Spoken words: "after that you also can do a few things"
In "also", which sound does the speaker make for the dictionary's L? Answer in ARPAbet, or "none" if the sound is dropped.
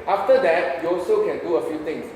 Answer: L